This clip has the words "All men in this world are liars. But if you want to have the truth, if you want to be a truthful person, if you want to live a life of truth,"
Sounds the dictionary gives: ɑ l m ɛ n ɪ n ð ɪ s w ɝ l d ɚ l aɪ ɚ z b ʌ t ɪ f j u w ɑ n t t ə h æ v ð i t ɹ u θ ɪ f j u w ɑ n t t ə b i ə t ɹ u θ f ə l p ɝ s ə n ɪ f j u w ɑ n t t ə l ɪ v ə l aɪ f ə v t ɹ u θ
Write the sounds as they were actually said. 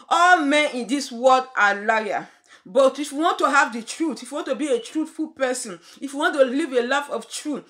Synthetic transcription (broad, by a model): ɑ l m ɛ n ɪ n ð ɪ s w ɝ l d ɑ l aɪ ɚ b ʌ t ɪ f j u w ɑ n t t ə h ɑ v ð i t ɹ u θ ɪ f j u w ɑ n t t ə b i ə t ɹ u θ f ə l p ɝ s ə n ɪ f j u w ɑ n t t ə l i v ə l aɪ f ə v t ɹ u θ